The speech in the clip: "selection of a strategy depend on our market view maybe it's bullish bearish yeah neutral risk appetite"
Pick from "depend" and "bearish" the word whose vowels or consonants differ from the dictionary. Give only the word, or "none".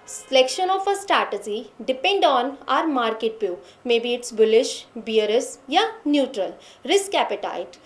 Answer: bearish